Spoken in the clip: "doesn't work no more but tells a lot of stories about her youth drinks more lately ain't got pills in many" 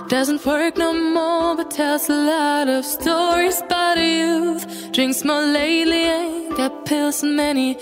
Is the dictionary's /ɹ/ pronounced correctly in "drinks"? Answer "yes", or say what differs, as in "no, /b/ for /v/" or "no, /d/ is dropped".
yes